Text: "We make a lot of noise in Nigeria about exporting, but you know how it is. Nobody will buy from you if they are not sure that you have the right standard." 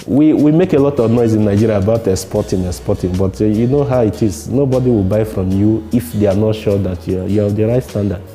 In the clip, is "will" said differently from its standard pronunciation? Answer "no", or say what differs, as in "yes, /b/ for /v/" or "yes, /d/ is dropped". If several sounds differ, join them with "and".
no